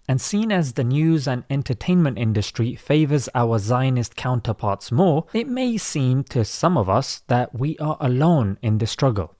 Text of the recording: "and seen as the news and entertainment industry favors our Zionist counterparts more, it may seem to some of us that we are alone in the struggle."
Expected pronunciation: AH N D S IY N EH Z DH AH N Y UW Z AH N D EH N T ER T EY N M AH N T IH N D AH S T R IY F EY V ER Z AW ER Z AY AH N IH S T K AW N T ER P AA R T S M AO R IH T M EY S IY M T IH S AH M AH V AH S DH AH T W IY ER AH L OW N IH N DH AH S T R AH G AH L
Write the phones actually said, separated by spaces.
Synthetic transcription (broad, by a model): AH N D S IY N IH Z DH AH N Y UW Z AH N EH N T ER T EY N M AH N T IH N D AH S T R IY F EY V ER Z AW ER Z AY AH N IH S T K AW N T ER P AA R T S M AO R IH T M EY S IY M T IH S AH M AH V AH S DH AH T W IY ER AH L OW N IH N DH AH S T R AH G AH L